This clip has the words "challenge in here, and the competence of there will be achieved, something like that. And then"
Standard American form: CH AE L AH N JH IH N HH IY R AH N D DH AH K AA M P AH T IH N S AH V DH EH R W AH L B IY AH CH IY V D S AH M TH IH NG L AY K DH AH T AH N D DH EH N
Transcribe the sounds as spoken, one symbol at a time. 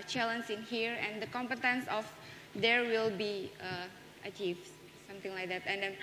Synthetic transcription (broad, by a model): CH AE L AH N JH IH N HH IY R AH N D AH K AA M P AH T IH N S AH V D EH R W AH L B IY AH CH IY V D S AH M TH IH NG L AY K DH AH T AH N D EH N